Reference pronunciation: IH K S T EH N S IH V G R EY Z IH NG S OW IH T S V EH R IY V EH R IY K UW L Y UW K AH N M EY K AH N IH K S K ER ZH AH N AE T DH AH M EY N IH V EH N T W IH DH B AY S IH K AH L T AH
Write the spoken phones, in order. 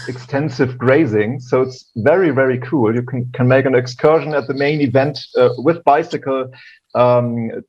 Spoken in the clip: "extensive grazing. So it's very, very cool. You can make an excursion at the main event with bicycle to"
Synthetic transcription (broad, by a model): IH K S T EH N S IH V G R EY Z IH NG S OW IH T S V EH R IY V EH R IY K UW L Y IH K AH N M EY K AH N IH K S K ER ZH AH N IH T DH AH M EY N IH V EH N T W IH DH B AY S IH K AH L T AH